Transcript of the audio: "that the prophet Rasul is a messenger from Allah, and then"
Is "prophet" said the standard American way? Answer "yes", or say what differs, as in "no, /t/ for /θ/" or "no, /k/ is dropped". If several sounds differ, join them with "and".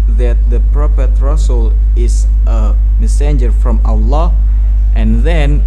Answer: no, /p/ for /f/